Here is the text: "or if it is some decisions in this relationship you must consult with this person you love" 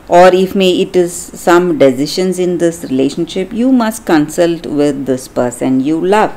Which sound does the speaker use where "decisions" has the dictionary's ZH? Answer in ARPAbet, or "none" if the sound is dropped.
SH